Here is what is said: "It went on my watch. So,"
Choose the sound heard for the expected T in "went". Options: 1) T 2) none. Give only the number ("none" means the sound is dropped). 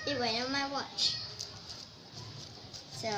2